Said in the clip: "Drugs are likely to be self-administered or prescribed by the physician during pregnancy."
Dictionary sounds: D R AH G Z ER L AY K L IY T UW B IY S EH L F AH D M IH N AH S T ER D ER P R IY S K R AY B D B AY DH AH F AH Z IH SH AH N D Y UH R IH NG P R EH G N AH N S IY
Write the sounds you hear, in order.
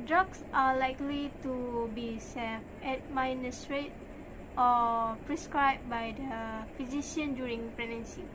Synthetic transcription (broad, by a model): D R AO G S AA L AY K L IY T UW B IY S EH F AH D M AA N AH S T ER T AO P R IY S K R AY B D B AY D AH F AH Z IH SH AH N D Y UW R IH NG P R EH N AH N S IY